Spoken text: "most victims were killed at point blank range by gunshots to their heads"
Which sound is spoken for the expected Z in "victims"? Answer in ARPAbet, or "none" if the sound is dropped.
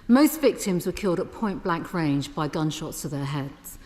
Z